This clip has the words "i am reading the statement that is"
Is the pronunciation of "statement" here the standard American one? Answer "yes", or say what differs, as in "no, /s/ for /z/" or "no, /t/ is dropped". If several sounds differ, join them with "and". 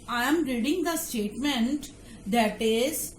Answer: yes